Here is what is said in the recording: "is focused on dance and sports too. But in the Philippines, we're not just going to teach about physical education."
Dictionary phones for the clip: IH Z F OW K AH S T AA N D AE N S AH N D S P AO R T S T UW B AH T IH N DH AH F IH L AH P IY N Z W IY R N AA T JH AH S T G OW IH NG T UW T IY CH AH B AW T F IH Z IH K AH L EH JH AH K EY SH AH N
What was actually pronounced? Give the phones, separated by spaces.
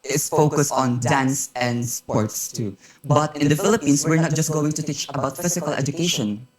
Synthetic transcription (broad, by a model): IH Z F OW K AH S T AA N D AE N S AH N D S P AO R T S T UW B AH T IH N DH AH F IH L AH P IY N S W IY R N AA T JH AH S T G OW IH NG T UW T IY CH AH B AW T F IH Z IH K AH L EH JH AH K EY SH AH N